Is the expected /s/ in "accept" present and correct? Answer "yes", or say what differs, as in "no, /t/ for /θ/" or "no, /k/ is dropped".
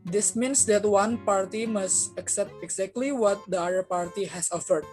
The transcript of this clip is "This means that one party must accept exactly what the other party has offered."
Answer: yes